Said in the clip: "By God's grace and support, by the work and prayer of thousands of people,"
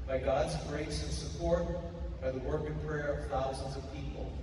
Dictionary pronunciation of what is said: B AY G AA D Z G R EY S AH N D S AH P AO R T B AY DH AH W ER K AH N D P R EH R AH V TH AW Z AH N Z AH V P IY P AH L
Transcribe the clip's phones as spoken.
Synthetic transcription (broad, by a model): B AY G AA D Z G R EY S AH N S AH P AO R T B AY DH AH W ER K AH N P R EH R AH V TH AW Z AH N Z AH V P IY P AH L